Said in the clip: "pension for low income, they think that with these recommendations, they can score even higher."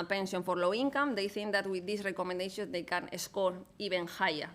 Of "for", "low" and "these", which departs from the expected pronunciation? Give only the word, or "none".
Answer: these